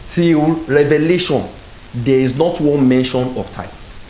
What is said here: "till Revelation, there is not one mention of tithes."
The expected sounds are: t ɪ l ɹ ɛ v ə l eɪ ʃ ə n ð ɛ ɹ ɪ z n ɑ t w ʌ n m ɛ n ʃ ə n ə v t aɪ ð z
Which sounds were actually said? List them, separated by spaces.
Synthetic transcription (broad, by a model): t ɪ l ɹ ɛ v ə l eɪ ʃ ə n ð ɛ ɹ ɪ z n ɑ t w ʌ n m ɛ n ʃ ə n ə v t aɪ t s